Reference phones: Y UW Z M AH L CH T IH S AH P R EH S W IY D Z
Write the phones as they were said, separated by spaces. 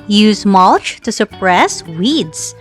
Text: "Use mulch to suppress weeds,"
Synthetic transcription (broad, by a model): Y UW Z M AH L CH T IH S AH P R EH S W IY D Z